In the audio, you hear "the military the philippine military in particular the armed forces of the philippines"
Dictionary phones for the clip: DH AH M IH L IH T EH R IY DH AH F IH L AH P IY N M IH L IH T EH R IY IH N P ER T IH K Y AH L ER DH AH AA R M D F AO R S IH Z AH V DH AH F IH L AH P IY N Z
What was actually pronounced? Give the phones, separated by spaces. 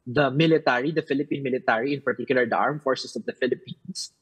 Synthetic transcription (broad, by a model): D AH M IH L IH T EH R IY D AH F IH L AH P IY N M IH L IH T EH R IY IH N P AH T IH K Y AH L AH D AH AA R M F AO R S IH S AH V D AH F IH L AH P IY N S